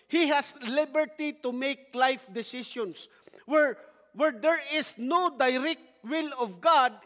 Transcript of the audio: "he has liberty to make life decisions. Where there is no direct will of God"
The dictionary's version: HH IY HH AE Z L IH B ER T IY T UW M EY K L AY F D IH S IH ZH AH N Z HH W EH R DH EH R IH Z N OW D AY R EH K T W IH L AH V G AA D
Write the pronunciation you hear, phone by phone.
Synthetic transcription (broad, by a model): HH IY HH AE S L IH B ER T IY T UW M EY K L AY F D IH S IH S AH N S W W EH R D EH R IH S N OW D AY R EH K T W IH L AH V G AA D